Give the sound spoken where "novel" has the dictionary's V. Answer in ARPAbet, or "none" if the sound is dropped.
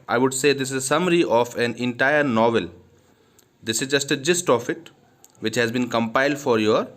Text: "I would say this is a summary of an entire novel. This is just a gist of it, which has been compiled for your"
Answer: V